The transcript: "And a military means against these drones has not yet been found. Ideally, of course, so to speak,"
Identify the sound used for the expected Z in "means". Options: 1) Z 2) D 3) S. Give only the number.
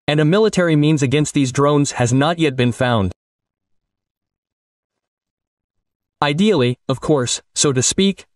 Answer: 1